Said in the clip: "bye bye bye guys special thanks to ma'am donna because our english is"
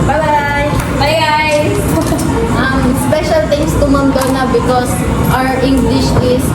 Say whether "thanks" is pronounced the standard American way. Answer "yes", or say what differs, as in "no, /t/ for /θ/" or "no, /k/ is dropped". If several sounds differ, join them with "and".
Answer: no, /t/ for /θ/ and /k/ is dropped